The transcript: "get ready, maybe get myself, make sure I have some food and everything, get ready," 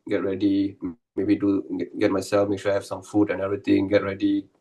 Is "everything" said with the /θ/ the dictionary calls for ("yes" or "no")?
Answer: no